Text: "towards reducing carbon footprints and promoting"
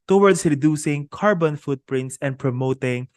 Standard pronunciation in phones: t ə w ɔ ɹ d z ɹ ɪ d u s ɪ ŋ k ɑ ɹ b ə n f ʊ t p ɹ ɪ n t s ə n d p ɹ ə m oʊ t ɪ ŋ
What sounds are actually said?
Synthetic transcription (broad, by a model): t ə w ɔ ɹ d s ɹ ɪ d u s ɪ ŋ k ɑ ɹ b ə n f ʊ t p ɹ ɪ n t s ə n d p ɹ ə m oʊ t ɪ ŋ